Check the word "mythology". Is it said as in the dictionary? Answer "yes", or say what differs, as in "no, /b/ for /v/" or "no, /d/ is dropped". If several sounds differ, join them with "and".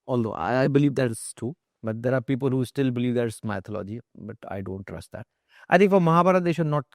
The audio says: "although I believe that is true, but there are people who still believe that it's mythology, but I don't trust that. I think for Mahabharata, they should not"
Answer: no, /t/ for /θ/